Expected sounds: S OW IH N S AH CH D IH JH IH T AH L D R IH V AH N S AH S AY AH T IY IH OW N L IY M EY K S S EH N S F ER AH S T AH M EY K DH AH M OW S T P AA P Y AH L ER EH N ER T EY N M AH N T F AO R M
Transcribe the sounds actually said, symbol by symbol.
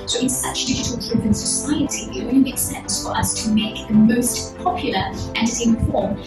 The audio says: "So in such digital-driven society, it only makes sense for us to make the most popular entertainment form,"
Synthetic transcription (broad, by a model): S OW IH N S AH CH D IH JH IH T L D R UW P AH N S AH S AY AH T IY IH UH L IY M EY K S S EH N S F ER AH S T AH M EY K DH AH M OW S T P AA P Y L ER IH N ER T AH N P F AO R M